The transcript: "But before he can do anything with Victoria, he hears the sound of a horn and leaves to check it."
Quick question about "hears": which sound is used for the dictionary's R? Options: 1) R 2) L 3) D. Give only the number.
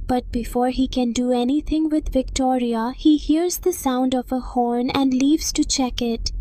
1